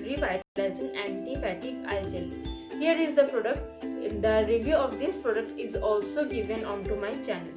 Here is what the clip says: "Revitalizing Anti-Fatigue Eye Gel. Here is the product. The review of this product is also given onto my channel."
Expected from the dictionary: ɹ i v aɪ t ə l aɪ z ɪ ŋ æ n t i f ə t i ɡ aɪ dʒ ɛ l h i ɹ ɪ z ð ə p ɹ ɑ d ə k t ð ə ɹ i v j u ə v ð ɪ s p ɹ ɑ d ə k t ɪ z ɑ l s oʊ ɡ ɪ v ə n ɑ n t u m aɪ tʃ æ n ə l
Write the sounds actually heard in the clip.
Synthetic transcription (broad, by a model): ɹ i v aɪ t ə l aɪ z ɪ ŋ æ n t i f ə t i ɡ aɪ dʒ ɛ n h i ɹ ɪ z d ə p ɹ ɑ d ə k t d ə ɹ i v j u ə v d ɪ s p ɹ ɑ d ə k t ɪ z ɑ l s oʊ ɡ ɪ v ə n ɑ n t u m aɪ tʃ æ n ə l